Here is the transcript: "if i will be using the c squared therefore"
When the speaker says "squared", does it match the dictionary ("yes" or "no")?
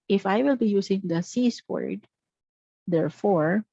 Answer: no